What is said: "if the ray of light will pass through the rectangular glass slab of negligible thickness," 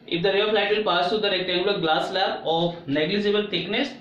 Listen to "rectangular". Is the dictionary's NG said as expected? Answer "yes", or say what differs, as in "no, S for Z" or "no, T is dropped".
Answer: no, NG is dropped